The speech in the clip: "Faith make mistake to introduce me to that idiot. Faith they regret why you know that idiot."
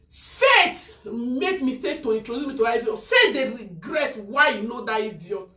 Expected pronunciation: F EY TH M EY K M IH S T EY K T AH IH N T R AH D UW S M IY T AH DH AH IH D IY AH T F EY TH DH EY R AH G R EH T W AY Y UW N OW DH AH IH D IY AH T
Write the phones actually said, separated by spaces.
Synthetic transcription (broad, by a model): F EY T M EY K M IH S T EY K T AH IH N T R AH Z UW M IY T AH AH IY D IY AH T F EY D EY R AH G R EH T W AY Y UW N OW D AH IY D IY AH T